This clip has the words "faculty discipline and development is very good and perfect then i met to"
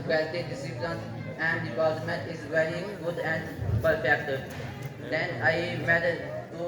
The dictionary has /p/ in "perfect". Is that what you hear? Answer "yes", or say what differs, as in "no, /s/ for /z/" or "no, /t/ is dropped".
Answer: no, /b/ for /p/